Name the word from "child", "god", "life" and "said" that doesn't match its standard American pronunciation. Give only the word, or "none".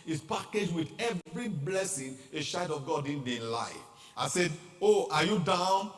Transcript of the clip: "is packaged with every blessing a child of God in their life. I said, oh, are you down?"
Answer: child